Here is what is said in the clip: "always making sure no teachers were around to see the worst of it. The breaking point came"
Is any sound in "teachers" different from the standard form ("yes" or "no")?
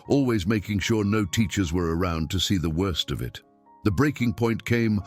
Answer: no